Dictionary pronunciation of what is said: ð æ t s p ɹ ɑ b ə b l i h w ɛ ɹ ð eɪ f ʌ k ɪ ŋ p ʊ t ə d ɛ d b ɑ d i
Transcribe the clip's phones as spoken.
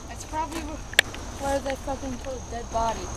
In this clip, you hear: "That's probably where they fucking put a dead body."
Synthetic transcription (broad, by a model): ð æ t s p ɹ ɑ b ə b l i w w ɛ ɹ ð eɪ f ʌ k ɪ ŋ f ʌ ə d ɛ d b ɑ d i